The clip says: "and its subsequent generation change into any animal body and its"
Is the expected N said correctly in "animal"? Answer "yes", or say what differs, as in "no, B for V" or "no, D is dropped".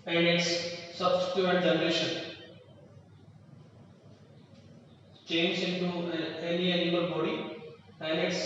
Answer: no, N is dropped